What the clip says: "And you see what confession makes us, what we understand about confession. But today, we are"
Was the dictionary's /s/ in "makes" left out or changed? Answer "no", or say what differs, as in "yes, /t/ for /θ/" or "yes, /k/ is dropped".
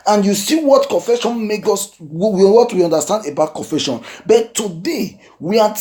yes, /s/ is dropped